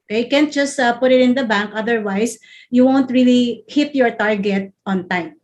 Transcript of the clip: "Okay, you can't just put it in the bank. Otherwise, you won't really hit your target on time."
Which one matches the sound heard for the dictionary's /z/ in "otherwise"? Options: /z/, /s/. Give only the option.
/s/